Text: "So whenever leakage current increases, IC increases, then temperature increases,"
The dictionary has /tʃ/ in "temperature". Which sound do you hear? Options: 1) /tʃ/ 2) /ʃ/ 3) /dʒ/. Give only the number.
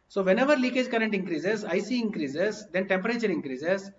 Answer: 1